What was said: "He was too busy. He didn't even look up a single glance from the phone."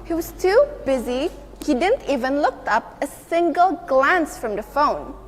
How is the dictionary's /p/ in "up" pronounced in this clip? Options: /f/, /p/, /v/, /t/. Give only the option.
/p/